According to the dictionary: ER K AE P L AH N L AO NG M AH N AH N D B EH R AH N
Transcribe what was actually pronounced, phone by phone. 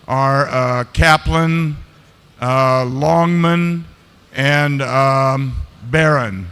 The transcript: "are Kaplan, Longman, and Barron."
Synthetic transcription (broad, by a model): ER K AE P L AH N L AO NG M AH N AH N B EH R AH N